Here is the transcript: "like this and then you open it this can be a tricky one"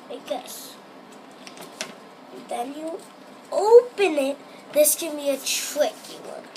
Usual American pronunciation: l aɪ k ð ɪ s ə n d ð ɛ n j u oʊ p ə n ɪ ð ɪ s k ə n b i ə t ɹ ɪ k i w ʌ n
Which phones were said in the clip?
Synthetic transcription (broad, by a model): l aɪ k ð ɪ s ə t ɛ l j u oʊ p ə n ɪ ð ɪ s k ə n b i ə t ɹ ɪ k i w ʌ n